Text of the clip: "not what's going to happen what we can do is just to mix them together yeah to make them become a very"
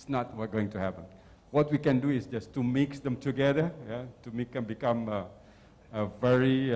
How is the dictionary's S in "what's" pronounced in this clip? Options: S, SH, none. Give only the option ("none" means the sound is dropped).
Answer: none